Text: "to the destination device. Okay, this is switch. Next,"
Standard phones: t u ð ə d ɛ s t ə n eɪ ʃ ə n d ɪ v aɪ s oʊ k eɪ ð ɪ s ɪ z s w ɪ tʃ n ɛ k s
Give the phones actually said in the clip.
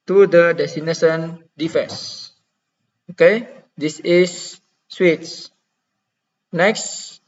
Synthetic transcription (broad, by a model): t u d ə d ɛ s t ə n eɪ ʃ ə n d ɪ f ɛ s oʊ k eɪ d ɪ s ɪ s w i s n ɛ k s